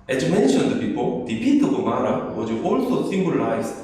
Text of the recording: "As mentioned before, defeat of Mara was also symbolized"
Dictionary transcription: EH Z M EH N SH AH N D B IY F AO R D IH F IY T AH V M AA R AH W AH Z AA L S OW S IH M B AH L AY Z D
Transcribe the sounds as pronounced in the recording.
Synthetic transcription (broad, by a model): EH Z M EH N SH AH N D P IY P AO L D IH P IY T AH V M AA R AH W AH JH AA L S OW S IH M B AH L AY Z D